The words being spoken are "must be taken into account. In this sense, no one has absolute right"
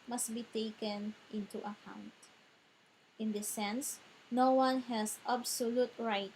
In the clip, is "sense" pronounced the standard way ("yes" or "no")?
yes